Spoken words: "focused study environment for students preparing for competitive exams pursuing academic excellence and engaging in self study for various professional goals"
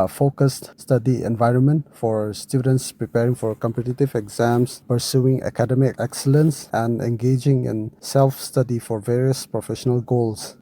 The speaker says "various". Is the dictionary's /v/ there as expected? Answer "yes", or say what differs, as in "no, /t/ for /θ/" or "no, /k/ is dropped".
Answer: yes